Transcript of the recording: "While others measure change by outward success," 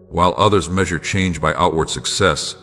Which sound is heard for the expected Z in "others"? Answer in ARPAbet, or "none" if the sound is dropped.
Z